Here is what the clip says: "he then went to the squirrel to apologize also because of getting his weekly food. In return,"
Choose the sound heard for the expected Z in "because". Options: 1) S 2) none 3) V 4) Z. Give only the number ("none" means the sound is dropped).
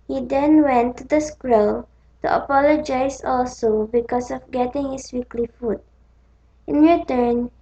1